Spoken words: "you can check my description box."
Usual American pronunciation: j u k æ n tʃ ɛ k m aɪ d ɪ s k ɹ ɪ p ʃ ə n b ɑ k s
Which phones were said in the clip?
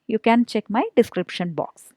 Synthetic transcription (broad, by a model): j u k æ n tʃ ɛ k m aɪ d ɪ s k ɹ ɪ p ʃ ə n b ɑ k s